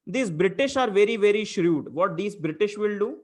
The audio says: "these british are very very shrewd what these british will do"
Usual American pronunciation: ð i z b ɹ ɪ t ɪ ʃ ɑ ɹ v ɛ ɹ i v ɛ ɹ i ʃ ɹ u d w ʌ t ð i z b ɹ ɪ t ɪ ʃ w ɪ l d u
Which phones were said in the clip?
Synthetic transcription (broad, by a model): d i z b ɹ ɪ t ɪ ʃ ɑ ɹ v ɛ ɹ i v ɛ ɹ i ʃ ɹ u d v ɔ t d i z b ɹ ɪ t ɪ ʃ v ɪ l d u